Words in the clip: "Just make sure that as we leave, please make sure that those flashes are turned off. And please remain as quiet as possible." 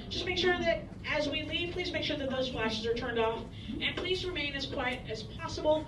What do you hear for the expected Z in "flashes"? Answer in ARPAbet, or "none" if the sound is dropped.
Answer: Z